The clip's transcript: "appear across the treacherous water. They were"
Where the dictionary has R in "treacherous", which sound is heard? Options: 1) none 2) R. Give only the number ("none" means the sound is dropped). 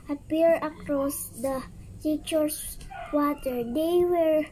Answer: 1